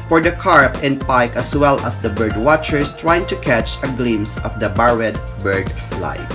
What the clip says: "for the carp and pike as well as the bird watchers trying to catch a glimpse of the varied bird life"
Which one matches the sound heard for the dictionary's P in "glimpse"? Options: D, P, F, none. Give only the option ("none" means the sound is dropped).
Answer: none